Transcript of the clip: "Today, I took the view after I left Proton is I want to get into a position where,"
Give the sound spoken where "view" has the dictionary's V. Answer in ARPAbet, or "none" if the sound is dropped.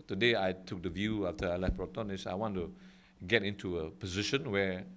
V